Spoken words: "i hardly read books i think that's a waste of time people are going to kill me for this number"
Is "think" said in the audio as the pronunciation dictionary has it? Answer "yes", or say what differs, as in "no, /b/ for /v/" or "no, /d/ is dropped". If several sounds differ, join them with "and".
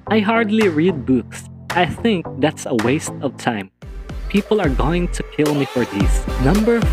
yes